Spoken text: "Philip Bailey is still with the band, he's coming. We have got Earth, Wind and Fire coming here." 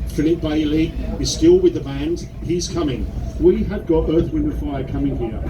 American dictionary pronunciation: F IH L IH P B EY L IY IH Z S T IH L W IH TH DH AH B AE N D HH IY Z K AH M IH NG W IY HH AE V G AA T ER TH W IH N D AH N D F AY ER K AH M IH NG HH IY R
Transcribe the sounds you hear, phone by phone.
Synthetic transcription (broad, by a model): F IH L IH P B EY L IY IH Z S T IH L W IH DH AH B AE N D HH IY Z K AH M IH NG W IY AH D G AA T ER TH W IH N AH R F AY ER K AH M IH NG HH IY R